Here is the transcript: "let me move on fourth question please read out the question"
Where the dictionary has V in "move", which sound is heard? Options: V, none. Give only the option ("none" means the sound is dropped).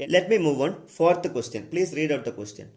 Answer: V